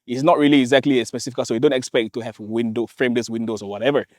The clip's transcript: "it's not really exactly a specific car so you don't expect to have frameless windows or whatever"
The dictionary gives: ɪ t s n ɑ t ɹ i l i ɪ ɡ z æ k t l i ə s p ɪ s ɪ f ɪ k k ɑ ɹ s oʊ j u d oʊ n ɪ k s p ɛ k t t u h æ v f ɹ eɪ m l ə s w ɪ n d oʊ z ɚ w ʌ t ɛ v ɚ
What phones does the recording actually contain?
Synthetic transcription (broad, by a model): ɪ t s n ɑ t ɹ i l i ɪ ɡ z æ k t l i ə s p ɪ s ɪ f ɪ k k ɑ l s oʊ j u d oʊ n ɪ k s p ɛ k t t u h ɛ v f ɹ eɪ m l ə s w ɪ n d oʊ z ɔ w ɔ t ɛ v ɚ